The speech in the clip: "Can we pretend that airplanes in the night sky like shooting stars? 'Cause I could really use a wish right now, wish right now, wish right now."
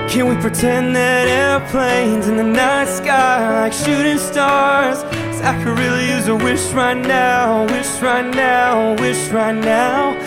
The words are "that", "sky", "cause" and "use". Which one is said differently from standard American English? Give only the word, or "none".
cause